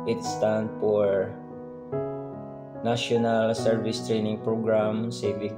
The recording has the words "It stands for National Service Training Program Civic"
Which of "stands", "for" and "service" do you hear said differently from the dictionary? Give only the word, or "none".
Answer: stands